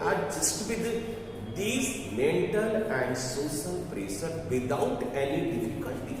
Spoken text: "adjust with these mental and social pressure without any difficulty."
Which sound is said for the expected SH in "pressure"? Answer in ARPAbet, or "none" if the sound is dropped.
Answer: S